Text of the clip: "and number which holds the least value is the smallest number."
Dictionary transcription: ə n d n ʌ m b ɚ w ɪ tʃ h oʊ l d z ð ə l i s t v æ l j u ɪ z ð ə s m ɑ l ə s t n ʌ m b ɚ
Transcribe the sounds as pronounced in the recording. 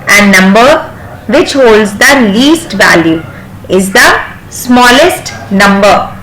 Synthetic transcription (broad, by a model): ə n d n ʌ m b ɚ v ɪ tʃ h oʊ l d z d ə l i s t v æ l j u ɪ z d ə s m ɑ l ə s t n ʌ m b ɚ